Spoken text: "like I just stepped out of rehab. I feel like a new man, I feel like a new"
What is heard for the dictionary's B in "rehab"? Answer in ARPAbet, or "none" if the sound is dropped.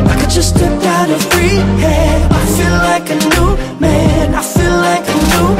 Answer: none